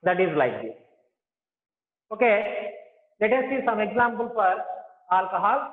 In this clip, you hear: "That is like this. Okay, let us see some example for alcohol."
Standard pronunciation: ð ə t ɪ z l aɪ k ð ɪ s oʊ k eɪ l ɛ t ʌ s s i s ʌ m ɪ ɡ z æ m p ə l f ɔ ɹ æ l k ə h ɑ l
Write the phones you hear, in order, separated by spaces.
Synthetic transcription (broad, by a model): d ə t ɪ z l aɪ k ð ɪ oʊ k eɪ l ɛ t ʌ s s i s ʌ m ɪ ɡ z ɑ m p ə l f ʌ ɹ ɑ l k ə h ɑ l